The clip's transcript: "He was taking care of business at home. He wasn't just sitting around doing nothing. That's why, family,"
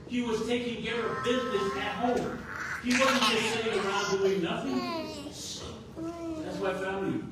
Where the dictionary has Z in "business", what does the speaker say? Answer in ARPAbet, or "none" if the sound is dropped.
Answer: Z